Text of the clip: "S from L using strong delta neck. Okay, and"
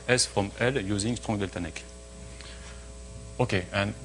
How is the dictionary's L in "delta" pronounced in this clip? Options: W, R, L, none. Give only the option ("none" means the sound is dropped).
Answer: L